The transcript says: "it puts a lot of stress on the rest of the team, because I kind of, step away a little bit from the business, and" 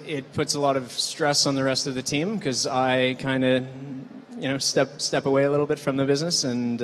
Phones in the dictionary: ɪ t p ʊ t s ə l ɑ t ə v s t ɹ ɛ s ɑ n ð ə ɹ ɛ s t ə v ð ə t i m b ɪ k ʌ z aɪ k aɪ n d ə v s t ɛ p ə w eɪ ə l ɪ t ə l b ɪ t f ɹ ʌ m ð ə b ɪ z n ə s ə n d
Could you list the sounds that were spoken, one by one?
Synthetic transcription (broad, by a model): ɪ t p ʊ t s ə l ɑ t ə v s t ɹ ɛ s n ð ə ɹ ɛ s t ə v ð ə t i m k ʌ z aɪ k aɪ n d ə p s t ɛ p ə w eɪ ə l ɪ t l b ɪ t f ɹ ʌ m ð ə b ɪ z n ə s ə n